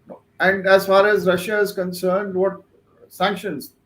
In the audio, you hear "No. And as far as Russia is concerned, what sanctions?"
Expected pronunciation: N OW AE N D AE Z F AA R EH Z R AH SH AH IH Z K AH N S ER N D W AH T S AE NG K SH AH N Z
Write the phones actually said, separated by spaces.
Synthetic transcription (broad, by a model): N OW AE N D AE Z F AA R EH Z R AH SH AH IH Z K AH N S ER N D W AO T S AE NG K SH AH N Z